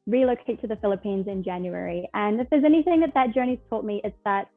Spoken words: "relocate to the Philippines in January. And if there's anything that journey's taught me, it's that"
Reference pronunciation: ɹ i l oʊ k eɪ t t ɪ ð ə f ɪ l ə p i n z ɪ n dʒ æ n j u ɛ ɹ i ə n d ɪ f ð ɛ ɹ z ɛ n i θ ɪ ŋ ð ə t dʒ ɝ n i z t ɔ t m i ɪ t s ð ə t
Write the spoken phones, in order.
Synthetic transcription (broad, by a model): ɹ i l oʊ k eɪ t t ɪ ð ə f ɪ l ə p i n z ɪ n dʒ æ n j u ɛ ɹ i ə n ɪ f ð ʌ ɹ z ɛ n i θ ɪ ŋ ð ə t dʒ ɝ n i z t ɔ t m i ɪ t s ð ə t